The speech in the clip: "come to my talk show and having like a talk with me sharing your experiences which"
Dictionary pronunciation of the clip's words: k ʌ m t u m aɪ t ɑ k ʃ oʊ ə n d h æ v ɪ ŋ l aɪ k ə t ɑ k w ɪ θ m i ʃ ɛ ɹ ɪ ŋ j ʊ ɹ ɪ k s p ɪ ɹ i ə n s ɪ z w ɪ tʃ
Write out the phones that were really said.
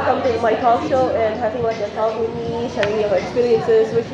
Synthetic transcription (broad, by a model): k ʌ m t u m aɪ t ɑ k ʃ oʊ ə n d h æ p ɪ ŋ w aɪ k ə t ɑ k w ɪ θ m i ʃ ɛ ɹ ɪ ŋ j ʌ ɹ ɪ k s p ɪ ɹ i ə n s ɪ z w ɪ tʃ